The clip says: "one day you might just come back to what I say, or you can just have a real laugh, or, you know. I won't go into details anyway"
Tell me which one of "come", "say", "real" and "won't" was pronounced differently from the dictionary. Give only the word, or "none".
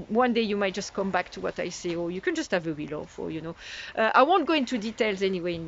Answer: real